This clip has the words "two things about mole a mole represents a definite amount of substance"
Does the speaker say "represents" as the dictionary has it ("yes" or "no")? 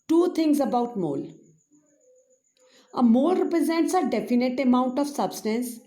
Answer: yes